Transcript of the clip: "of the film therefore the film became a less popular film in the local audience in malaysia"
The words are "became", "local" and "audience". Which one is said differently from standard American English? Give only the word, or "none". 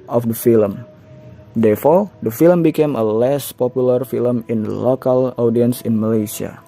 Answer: none